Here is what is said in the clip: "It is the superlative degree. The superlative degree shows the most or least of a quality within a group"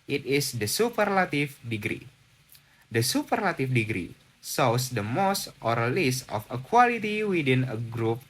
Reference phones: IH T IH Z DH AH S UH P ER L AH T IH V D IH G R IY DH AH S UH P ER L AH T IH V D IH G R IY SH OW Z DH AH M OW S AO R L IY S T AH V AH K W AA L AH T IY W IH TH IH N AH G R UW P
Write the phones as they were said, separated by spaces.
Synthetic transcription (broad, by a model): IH T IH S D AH S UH P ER L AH T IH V D IH G R IY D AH S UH P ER L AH T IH F D IH G R IY S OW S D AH M OW S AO R L IY S T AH F AH K W AA L AH T IY W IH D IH N AH G R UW P